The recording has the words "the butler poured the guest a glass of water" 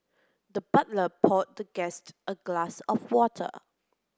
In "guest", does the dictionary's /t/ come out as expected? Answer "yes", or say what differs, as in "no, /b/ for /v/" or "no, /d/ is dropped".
yes